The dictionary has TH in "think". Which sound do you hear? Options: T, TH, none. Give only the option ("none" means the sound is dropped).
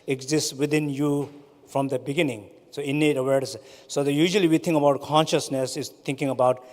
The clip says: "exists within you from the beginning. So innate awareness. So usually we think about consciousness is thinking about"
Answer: T